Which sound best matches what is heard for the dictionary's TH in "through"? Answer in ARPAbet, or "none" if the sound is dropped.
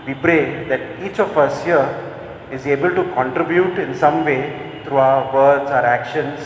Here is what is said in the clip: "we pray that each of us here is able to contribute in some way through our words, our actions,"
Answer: T